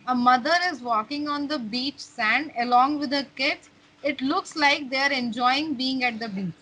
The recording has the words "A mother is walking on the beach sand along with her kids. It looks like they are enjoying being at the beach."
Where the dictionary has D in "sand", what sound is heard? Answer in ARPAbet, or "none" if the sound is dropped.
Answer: D